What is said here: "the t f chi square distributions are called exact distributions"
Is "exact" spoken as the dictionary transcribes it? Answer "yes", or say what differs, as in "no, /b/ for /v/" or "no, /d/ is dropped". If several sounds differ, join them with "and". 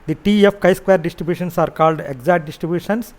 no, /k/ is dropped